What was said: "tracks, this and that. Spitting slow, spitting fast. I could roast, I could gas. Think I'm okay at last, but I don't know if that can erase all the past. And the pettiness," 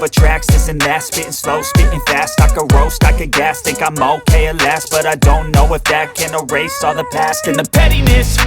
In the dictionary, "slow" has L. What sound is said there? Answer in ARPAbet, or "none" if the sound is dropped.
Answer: L